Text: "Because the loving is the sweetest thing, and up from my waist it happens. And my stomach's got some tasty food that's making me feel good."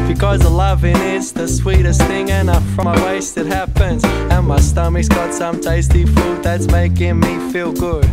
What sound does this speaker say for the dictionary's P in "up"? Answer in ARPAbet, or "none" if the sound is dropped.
F